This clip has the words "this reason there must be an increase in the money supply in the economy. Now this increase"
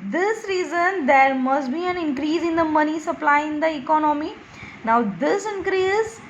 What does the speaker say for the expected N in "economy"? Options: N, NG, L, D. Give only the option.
N